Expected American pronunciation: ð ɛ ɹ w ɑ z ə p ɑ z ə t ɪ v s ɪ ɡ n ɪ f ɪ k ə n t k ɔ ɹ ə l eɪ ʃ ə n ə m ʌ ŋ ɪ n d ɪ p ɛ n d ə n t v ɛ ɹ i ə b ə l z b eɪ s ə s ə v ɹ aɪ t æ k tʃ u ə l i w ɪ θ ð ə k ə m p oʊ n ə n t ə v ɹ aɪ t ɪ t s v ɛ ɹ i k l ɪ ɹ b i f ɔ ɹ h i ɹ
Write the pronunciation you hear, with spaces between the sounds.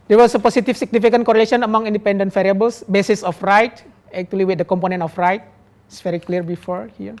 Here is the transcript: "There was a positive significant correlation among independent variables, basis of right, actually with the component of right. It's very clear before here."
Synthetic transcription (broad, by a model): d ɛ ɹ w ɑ s ə p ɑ s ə t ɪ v s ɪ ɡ n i f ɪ k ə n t k ɔ ɹ ə l eɪ ʃ ə n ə m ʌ ŋ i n d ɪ p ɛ n d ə n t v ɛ ɹ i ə b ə l s b eɪ s ə s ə f ɹ aɪ t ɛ k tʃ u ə l i w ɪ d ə k ə m p oʊ n ə n t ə f ɹ aɪ t ɪ t s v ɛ ɹ i k l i ɹ b i f ɔ ɹ h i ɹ